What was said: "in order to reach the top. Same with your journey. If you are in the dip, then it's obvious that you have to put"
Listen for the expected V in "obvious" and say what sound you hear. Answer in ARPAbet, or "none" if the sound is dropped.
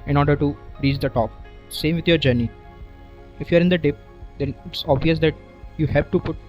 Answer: V